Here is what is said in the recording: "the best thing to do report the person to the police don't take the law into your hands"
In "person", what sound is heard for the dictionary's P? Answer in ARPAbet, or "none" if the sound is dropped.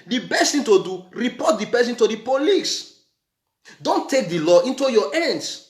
B